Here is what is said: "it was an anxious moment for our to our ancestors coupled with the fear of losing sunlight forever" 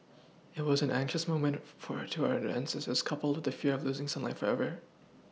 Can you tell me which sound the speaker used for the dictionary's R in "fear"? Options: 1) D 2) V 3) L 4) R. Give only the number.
4